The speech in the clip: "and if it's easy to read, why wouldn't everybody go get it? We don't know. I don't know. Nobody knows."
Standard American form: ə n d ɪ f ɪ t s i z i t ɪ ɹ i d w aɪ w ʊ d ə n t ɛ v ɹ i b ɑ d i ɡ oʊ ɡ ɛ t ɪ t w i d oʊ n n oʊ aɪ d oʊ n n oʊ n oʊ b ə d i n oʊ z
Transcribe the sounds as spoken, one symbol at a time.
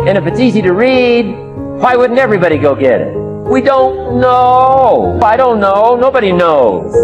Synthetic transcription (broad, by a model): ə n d ɪ f ɪ t s i z i t ɪ ɹ i d w aɪ w ʊ d n t ɛ v ɹ i b ɑ d i ɡ oʊ ɡ ɛ t ɪ t w i d oʊ n n oʊ aɪ d oʊ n n oʊ n oʊ b ə d i n oʊ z